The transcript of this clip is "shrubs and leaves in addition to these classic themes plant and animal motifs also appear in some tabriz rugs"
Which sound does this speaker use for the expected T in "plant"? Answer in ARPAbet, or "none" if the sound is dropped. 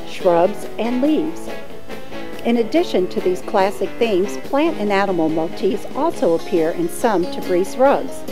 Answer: T